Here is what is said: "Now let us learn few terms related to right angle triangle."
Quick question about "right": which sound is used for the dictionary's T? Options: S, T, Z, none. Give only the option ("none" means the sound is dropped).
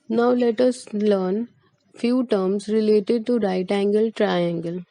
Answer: T